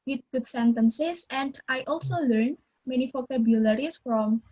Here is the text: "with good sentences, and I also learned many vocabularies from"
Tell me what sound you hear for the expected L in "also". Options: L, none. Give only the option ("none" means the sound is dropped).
L